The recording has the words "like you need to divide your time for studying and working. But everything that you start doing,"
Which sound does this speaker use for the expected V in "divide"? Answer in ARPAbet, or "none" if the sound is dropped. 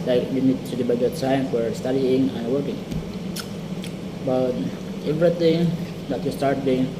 B